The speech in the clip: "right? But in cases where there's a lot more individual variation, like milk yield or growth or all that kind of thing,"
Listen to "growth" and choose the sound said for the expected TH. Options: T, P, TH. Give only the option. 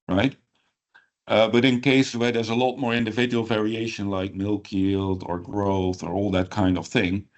TH